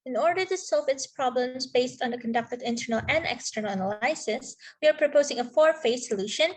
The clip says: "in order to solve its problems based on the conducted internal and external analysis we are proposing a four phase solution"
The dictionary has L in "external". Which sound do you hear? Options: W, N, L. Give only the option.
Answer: N